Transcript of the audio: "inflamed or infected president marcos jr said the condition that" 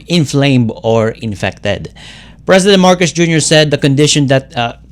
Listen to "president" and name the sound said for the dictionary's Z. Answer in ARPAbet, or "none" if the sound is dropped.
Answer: S